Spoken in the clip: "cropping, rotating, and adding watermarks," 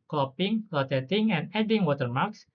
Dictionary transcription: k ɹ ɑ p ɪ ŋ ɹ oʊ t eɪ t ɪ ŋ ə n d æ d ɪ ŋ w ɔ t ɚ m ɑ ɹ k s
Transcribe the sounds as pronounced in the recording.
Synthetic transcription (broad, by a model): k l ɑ p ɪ ŋ l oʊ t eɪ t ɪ ŋ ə n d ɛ d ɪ ŋ w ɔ t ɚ m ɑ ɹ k s